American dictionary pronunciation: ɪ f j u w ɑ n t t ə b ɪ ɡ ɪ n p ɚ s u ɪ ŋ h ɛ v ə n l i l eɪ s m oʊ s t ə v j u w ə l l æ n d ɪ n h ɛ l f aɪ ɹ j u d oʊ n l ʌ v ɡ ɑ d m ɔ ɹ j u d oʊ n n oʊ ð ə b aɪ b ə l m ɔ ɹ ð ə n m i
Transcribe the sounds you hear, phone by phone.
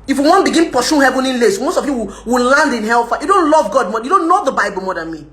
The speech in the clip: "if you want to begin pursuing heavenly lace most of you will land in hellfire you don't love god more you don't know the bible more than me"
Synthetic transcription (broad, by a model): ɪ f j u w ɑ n b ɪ ɡ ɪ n p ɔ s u h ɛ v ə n i l eɪ s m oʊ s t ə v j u w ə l l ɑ n d ɪ n h ɛ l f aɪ j u d oʊ n l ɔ v ɡ ɑ d m ɔ j u d oʊ n l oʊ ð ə b aɪ b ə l m ɔ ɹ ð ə n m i